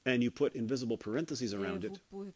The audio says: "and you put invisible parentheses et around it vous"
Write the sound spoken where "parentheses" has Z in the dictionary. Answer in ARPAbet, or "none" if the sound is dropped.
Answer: Z